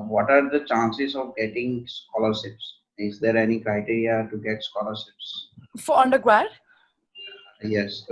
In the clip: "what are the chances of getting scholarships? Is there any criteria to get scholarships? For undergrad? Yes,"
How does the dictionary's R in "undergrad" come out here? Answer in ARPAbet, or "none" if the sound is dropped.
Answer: W